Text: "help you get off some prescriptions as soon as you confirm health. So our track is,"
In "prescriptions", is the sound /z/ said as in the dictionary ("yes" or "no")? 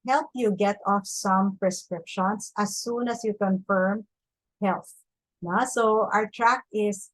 no